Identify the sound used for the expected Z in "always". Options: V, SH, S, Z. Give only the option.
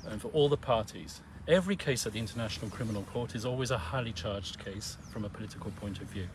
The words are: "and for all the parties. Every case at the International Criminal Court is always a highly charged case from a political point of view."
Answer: Z